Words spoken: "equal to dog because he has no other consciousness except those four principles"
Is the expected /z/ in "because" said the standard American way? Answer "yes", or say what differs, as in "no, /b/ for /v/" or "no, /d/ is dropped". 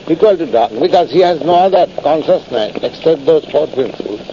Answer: yes